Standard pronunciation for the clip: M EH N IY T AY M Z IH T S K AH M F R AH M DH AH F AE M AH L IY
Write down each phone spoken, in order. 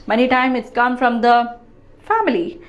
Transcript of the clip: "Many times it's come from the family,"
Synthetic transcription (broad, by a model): M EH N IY T AY M IH T S K AH M F R AH M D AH F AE M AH L IY